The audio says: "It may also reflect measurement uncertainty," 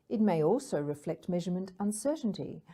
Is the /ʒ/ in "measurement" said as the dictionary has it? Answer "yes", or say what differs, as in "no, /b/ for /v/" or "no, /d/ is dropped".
yes